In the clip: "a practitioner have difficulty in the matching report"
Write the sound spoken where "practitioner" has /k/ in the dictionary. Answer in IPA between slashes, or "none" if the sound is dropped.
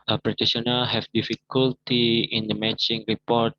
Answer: none